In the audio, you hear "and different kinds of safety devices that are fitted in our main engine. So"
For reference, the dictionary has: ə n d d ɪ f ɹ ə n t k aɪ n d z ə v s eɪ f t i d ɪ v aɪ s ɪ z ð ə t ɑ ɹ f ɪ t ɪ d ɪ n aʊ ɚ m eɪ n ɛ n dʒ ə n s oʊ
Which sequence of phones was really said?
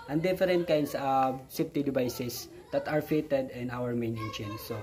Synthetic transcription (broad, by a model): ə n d d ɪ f ɹ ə n t k aɪ n d s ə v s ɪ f t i d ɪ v aɪ s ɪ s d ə t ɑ ɹ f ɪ t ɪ d ɪ n aʊ ɚ m eɪ n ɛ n ʃ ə n s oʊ